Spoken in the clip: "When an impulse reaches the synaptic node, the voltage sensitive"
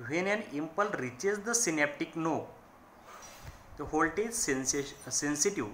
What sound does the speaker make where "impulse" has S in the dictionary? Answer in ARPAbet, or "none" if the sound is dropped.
none